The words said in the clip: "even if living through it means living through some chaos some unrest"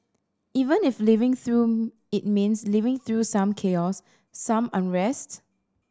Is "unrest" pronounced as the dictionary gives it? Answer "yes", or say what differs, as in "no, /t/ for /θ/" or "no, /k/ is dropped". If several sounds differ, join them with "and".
yes